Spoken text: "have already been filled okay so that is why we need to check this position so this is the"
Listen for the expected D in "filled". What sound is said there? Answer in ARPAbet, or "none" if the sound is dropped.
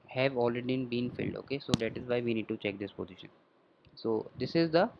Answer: D